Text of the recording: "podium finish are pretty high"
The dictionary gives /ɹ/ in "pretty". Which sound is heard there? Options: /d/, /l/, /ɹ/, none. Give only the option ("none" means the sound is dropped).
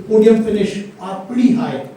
none